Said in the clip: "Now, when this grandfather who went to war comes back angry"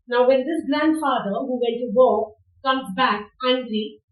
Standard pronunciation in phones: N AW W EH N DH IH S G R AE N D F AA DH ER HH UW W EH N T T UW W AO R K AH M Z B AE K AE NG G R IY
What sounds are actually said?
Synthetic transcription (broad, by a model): N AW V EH N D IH S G L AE N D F AA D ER HH UW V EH N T T UW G AO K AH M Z B AE K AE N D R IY